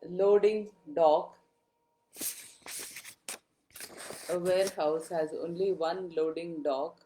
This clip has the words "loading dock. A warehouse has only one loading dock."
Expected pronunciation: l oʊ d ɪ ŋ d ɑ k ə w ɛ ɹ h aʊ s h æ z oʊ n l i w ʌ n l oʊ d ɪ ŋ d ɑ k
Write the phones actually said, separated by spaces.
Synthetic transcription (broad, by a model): l oʊ d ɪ ŋ d ɑ k ə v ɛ ɹ h aʊ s h æ z oʊ n l i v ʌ n l oʊ d ɪ ŋ d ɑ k